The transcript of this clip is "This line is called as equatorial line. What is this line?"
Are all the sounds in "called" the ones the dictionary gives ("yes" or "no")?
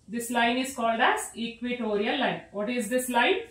yes